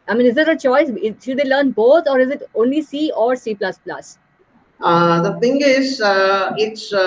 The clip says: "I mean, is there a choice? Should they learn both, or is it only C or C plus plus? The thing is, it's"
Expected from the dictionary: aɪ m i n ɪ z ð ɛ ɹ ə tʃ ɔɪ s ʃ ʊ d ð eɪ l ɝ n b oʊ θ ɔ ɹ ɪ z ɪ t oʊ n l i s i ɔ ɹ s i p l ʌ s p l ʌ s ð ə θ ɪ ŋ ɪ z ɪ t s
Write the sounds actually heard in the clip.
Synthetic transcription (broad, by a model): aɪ m i n ɪ z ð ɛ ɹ ə tʃ ɔɪ s ʃ ʊ d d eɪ l ɝ n b oʊ t ɔ ɹ ɪ z ɪ t oʊ n l i s i ɔ ɹ s i p l ʌ s p l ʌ s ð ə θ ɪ ŋ ɪ z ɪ t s